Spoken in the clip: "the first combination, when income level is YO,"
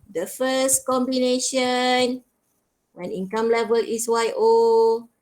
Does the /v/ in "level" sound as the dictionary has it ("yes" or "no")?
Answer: yes